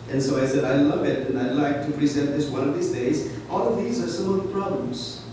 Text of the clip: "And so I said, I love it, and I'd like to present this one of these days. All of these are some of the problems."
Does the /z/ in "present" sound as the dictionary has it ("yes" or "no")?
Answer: yes